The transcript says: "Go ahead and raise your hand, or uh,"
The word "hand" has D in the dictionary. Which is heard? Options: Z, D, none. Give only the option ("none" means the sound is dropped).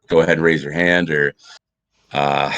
D